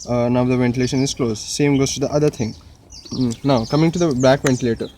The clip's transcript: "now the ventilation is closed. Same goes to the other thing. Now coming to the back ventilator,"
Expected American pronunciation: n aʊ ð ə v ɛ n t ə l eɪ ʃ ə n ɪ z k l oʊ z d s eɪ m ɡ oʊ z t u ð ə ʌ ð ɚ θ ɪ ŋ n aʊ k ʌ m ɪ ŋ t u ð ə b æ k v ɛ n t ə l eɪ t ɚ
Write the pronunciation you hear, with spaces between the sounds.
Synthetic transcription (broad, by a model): n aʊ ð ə v ɛ n t ə l eɪ ʃ ə n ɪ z k l oʊ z s eɪ m ɡ oʊ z t u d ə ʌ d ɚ t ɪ ŋ n aʊ k ʌ m ɪ ŋ t u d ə b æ k v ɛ n t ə l eɪ t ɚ